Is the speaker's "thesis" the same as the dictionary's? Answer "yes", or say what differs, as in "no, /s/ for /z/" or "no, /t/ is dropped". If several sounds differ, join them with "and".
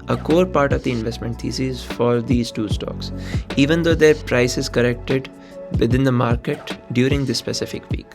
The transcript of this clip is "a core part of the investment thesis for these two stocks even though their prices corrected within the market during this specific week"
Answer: no, /t/ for /θ/